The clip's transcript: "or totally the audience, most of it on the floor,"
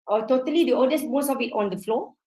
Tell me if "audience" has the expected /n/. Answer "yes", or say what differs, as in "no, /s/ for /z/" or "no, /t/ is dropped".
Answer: no, /n/ is dropped